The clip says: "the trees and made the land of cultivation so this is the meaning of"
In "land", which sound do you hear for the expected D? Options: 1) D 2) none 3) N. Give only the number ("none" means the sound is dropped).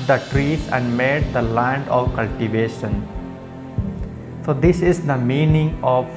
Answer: 1